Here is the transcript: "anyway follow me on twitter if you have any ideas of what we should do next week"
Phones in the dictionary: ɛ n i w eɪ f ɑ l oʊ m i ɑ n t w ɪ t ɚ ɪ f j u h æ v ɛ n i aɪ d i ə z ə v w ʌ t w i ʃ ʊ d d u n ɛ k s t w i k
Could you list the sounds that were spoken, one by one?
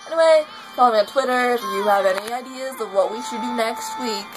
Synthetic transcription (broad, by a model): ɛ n i w eɪ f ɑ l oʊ m i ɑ n t w ɪ t ɚ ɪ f j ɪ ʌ v ɛ n i aɪ d i ə z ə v w ʌ t w i ʃ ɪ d d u n ɛ k s t w i k